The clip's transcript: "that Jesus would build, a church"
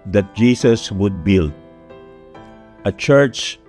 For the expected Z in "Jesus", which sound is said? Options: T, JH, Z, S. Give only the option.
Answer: S